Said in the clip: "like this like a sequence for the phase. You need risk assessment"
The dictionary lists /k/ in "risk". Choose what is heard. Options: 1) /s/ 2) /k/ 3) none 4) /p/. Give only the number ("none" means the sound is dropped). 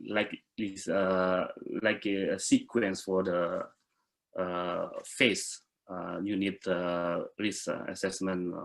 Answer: 3